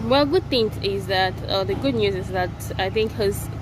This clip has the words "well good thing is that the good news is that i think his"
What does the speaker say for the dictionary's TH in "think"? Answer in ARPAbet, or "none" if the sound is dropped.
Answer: TH